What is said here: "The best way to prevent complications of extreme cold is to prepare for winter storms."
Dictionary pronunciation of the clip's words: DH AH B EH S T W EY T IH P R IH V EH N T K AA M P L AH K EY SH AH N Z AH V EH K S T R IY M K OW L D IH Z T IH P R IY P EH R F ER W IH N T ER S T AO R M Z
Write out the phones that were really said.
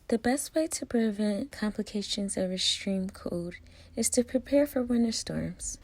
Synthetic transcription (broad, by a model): DH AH B EH S T W EY T IH P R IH V EH N K AA M P L AH K EY SH AH N Z AH V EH S T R IY M K OW D IH Z T IH P R IY P EH R F ER W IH N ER S T AO R M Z